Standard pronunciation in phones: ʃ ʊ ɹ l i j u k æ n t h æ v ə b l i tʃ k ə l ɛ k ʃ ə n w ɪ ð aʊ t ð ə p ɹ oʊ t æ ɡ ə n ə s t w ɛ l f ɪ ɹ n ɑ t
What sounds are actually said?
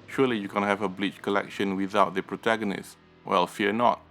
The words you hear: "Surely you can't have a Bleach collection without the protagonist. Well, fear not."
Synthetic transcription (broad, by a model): ʃ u l i j u k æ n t h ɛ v ə b l i tʃ k ə l ɛ k ʃ ə n w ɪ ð aʊ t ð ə p ɹ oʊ t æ ɡ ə n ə s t w ɛ l f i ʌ n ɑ t